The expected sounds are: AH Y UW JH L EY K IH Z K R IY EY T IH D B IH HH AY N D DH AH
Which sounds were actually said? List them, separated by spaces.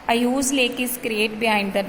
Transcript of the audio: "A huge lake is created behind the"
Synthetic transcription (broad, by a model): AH Y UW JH L EY K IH S K R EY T B IH HH AY N D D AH